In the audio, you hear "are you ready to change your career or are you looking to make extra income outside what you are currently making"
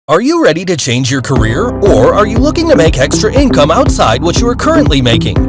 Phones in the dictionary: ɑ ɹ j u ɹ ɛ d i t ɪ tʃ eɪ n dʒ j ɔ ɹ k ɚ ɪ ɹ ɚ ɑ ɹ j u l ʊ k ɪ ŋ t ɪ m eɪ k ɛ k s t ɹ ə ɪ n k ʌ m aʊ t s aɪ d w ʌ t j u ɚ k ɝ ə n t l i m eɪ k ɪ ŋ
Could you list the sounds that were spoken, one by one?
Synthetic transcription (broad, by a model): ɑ ɹ j u ɹ ɛ d i t ɪ tʃ eɪ n dʒ j ɔ ɹ k ɚ ɪ ɹ ɚ ɑ ɹ j u l ʊ k ɪ ŋ t ɪ m eɪ k ɛ k s t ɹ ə ɪ n k ʌ m aʊ t s aɪ d w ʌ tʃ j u ɚ k ɝ ə n t l i m eɪ k ɪ ŋ